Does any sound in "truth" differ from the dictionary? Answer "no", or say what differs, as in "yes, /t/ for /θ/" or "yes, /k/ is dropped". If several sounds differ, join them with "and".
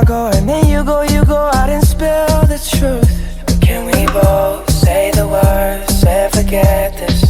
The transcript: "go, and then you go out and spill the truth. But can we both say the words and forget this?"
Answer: no